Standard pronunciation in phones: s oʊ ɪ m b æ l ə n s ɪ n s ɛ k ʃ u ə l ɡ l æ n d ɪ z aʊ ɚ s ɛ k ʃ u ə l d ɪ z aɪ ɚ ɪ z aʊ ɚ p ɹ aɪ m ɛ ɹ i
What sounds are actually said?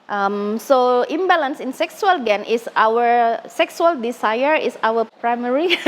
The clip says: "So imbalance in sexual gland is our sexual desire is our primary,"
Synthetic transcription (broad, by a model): s oʊ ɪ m b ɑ l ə n s ɪ n s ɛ k s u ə l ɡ ɛ n ɪ s aʊ ɚ s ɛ k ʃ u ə l d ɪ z aɪ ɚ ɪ s aʊ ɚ p ɹ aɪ m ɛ ɹ i